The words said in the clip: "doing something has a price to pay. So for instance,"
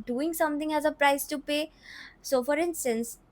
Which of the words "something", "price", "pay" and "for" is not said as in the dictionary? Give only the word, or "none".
something